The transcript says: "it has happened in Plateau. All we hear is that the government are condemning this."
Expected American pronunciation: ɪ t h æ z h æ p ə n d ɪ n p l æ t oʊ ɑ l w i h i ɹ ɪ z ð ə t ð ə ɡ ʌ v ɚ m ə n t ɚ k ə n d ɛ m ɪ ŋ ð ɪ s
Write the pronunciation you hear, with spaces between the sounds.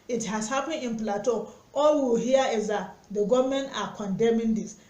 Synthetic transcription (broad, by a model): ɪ t h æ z h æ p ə n ɪ n p l æ t oʊ ɑ l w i h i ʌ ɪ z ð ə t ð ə ɡ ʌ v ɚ m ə n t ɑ k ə n d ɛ m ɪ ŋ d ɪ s